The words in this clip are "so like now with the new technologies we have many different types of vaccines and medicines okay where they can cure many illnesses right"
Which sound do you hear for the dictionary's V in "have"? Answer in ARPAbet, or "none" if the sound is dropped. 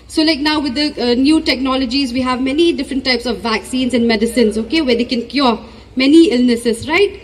V